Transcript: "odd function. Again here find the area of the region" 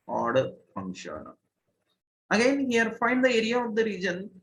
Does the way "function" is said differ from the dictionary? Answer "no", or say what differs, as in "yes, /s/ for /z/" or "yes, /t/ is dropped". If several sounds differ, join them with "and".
yes, /k/ is dropped